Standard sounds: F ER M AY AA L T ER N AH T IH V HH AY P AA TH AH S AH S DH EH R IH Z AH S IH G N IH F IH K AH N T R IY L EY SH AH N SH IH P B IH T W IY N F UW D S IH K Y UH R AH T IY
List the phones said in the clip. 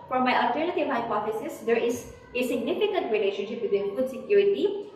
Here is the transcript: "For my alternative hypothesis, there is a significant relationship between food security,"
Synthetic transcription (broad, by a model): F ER M AY AA L T ER N AH T IH V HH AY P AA F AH S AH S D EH R IH Z AH S IH G N IH F IH K AH N T R IY L EY SH AH N SH IH P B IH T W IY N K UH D S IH K Y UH R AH T IY